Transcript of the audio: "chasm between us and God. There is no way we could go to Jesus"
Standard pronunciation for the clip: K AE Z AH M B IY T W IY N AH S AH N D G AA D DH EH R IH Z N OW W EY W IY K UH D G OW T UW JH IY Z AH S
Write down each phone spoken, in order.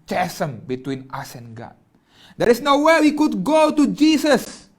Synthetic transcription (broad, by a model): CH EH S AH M B IY T W IY N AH S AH N G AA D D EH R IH S N OW W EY W IY K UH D G OW T UW JH IY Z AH S